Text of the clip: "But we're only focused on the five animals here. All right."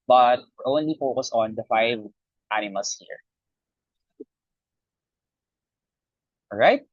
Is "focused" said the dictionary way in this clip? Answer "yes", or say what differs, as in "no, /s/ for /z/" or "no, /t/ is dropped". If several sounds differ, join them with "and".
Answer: no, /t/ is dropped